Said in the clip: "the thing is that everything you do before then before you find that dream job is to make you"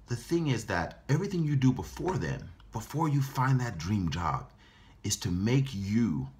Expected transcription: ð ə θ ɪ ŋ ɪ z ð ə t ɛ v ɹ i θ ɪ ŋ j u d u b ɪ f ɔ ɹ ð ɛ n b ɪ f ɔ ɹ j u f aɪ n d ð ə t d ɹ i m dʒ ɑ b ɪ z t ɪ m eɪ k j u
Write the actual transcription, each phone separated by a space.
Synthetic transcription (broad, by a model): ð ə θ ɪ ŋ ɪ z ð ə t ɛ v ɹ i θ ɪ ŋ j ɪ d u b ɪ f ɔ ɹ ð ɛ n b ɪ f ɔ ɹ j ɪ f aɪ n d ð ə t d ɹ i m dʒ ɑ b ɪ z t ɪ m eɪ k j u